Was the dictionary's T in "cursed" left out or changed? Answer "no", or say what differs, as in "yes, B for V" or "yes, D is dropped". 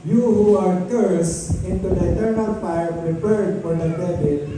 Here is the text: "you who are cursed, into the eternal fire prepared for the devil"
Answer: yes, T is dropped